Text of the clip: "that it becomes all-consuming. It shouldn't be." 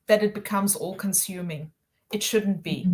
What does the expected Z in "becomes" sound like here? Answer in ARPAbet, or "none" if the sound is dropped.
Z